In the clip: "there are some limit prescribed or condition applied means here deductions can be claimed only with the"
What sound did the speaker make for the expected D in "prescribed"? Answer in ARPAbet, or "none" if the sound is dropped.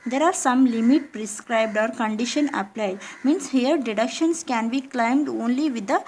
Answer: D